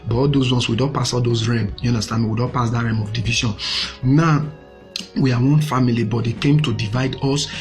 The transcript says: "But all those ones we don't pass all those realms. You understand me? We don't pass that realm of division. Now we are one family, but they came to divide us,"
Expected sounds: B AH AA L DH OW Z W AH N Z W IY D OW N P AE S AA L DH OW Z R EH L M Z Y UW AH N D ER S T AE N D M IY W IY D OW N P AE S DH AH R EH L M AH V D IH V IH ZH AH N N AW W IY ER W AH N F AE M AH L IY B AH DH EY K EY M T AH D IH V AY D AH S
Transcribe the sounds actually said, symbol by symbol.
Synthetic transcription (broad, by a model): B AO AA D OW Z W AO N S W IY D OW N P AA S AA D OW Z R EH M Y UW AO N D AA S T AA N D M IY W IY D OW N P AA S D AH R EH M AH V D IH V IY SH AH N N AW W IY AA W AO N F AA M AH L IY B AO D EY K EY M T AH D IH V AY D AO S